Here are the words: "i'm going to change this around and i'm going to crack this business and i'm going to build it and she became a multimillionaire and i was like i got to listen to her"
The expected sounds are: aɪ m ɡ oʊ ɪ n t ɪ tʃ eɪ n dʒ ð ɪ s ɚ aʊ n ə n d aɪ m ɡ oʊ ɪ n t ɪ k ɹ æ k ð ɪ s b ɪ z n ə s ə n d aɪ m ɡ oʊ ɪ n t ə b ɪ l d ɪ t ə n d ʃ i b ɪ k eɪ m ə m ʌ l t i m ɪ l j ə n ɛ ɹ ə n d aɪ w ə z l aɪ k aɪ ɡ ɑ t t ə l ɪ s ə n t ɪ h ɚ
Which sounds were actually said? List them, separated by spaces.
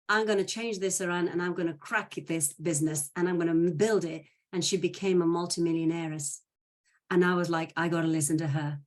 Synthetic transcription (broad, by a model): aɪ m ɡ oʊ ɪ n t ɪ tʃ eɪ n dʒ ð ɪ s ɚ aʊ n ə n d aɪ m ɡ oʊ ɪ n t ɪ k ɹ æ k ð ɪ s b ɪ z n ə s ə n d aɪ m ɡ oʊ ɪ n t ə b ɪ l d ɪ t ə n ʃ i b ɪ k eɪ m ə m ʌ l t i m ɪ l j ə n ɛ ɹ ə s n aɪ w ə z l aɪ k aɪ ɡ ɑ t t ə l ɪ s ə n t ɪ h ɚ